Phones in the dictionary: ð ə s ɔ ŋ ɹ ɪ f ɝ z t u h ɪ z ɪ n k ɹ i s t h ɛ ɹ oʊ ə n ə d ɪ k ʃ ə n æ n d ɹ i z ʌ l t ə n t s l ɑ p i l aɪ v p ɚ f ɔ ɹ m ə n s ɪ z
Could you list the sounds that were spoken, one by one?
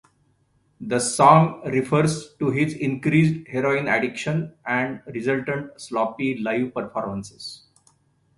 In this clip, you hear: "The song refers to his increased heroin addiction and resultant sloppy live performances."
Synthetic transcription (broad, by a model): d ə s ɔ ŋ ɹ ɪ f ɝ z t u h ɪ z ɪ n k ɹ i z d h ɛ ɹ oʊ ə n ə d ɪ k ʃ ə n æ n d ɹ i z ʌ l t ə n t s l ɑ p i l aɪ v p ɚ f ɔ ɹ m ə n s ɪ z